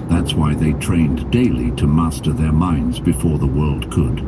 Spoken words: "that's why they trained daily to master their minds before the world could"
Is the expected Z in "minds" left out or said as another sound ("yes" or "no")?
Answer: no